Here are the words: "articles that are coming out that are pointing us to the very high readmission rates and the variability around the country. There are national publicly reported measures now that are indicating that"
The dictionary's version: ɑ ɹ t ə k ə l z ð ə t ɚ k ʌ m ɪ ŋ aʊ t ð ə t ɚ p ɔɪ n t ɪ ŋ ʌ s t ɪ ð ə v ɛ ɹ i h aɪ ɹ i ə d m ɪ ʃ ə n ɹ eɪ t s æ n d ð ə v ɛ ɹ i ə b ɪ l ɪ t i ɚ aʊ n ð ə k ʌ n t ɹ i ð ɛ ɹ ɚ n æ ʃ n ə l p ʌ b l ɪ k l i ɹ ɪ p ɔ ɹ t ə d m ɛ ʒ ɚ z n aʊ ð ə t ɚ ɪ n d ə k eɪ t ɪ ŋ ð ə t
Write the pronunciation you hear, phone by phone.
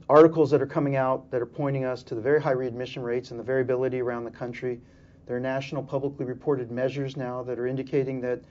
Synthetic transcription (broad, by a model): ɑ ɹ t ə k l z ð ə t ɚ k ʌ m ɪ ŋ aʊ t ð ə t ɚ p ɔɪ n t ɪ ŋ ʌ s t ɪ ð ə v ɛ ɹ i h aɪ ɹ i ə d m ɪ ʃ ə n ɹ eɪ t s n ð ə v ɛ ɹ i ə b ɪ l ɪ t i ɚ aʊ n ð ə k ʌ n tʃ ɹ i ð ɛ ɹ n æ ʃ n l p ʌ b l ɪ k l i ɹ ɪ p ɔ ɹ t ə d m ɛ ʒ ɚ z n aʊ ð ə t ɚ ɪ n d ə k eɪ t ɪ ŋ ð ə t